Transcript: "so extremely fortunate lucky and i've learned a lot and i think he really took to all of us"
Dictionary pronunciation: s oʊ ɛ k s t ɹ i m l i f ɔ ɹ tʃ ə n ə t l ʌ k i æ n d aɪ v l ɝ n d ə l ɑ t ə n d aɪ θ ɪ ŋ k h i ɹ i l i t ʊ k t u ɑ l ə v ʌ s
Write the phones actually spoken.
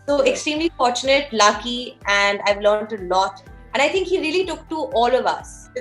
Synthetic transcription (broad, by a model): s oʊ ɛ k s t ɹ i m l i f ɔ ɹ tʃ ə n ə t l ʌ k i æ n d aɪ v l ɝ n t ə l ɑ t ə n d aɪ t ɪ ŋ k h i ɹ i l i t ʊ k t u ɑ l ə v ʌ s